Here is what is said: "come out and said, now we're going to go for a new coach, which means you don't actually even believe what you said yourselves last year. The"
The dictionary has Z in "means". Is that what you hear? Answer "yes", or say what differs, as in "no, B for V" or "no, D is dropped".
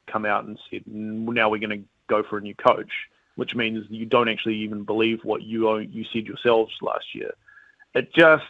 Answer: yes